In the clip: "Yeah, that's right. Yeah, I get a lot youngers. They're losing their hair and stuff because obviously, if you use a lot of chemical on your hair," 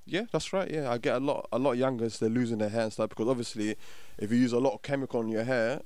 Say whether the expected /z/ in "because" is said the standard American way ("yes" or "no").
yes